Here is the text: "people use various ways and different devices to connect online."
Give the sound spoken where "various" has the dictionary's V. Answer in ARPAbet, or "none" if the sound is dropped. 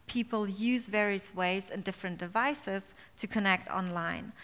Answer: V